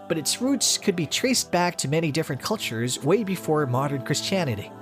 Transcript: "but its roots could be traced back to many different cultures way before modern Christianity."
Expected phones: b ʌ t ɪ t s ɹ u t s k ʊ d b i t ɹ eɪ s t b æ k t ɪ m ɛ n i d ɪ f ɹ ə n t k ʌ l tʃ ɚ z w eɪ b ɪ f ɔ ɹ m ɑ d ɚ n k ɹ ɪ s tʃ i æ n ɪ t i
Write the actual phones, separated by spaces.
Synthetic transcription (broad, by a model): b ʌ t ɪ t s ɹ u t s k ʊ d b i t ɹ eɪ s b æ k t ɪ m ɛ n i d ɪ f ɹ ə n k ʌ l tʃ ɚ z w eɪ b ɪ f ɔ ɹ m ɑ d ɚ n k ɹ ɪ s tʃ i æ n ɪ t i